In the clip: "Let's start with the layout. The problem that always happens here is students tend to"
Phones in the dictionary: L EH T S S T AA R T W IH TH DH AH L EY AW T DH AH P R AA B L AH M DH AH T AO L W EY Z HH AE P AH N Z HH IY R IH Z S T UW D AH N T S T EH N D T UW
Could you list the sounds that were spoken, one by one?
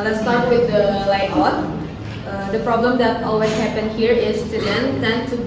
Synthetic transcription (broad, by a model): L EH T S S T AA R T W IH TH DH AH L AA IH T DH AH P R AA B L AH M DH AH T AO L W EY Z HH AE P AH N HH IY R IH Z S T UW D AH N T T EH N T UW